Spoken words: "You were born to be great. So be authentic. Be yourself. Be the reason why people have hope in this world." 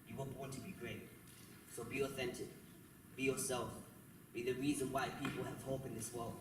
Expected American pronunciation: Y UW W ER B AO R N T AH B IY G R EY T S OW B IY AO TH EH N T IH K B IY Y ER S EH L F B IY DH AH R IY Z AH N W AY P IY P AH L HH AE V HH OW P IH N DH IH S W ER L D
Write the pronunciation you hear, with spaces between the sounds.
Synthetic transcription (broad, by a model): Y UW W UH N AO N T AH B IY G R EY T S OW B IY AO TH EH N T IH K B IY Y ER S EH L F B IY DH AH R IY Z AH N W AY P IY P AH L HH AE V HH OW P IH N DH IH S W ER L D